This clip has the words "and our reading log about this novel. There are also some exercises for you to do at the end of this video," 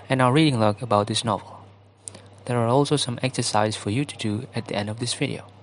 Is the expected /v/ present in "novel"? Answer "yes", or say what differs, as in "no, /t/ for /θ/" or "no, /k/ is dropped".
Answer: yes